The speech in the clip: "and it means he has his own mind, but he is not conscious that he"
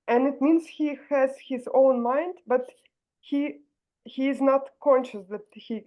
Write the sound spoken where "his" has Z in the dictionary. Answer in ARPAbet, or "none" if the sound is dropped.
Z